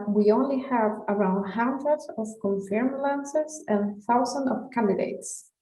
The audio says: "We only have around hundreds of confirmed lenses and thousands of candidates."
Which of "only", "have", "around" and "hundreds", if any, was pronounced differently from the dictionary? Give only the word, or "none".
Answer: hundreds